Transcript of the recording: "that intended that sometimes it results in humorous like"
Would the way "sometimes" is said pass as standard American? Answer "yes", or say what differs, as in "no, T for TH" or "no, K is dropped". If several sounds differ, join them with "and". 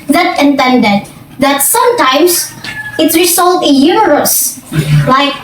no, S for Z